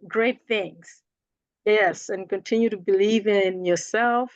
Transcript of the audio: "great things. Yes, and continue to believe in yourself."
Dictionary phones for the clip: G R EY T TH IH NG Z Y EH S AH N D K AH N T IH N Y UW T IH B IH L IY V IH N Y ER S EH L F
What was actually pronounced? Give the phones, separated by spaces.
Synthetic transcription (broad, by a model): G R EY T TH IH NG Z Y EH S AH N K AH N T IH N Y UW T IH B IH L IY V IH N Y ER S EH L F